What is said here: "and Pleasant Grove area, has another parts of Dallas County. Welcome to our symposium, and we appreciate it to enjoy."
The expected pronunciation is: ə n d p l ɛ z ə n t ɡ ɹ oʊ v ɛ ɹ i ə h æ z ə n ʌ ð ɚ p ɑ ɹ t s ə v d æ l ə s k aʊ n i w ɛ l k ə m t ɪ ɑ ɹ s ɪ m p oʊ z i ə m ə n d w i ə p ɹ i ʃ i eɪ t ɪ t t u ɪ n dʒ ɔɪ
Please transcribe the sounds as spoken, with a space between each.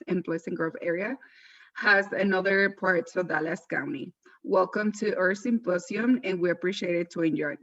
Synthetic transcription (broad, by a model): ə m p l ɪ s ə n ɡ ɹ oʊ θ ɛ ɹ i ə h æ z ə n ʌ ð ɚ p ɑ ɹ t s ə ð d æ l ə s k aʊ n i w ɛ l k ə m t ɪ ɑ ɹ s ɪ m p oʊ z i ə m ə n w i ə p ɹ i ʃ i eɪ t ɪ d t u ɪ n dʒ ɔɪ